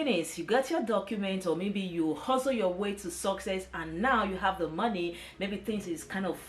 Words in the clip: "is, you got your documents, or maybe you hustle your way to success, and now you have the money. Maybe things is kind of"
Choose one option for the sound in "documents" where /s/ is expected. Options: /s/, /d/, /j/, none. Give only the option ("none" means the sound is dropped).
none